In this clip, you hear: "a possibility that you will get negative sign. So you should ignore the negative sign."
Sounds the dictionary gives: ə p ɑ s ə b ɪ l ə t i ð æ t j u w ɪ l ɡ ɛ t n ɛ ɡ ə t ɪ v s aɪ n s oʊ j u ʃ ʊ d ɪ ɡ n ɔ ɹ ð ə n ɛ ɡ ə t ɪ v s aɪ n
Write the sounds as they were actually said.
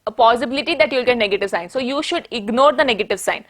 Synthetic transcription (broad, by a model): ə p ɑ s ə b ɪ l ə t i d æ t j u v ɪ l ɡ ɛ t n ɛ ɡ ə t ɪ v s aɪ n s oʊ j u ʃ ʊ d ɪ ɡ n ɔ ɹ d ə n ɛ ɡ ə t ɪ v s aɪ n